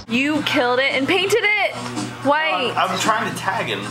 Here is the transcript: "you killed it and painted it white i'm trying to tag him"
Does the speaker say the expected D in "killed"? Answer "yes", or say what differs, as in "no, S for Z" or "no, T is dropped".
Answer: yes